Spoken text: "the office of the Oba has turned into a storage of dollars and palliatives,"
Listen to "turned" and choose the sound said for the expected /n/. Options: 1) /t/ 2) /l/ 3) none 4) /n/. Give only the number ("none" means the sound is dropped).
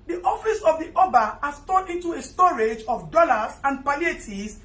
3